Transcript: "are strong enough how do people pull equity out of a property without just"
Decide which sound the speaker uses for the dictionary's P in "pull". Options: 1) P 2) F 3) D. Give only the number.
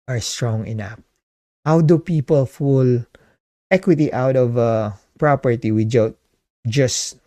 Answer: 2